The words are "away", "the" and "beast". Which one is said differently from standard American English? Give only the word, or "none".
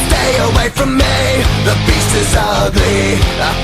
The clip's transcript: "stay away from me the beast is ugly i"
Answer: beast